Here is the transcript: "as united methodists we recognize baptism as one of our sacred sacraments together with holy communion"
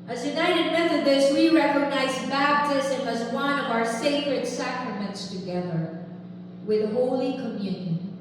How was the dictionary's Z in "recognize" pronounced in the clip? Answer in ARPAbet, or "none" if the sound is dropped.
Z